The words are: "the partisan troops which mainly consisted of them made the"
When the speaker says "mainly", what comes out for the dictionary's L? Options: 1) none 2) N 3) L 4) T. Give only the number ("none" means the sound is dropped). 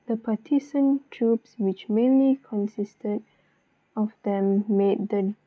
3